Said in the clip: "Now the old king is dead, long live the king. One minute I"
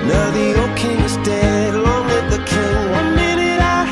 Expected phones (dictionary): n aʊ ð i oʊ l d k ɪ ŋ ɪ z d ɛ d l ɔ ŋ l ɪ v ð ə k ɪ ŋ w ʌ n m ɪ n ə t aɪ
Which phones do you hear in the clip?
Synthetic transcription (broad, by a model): n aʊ ð i oʊ k ɪ ŋ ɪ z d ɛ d l ɔ ŋ w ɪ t ð ə k ɪ ŋ w ʌ n m ɪ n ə t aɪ